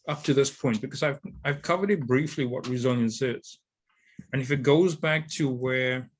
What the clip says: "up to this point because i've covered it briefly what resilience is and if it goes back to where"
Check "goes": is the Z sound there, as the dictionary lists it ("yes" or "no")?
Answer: yes